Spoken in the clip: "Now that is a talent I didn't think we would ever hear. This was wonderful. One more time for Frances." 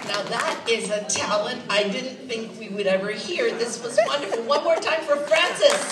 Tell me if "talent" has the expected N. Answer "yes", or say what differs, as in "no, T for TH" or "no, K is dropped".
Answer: yes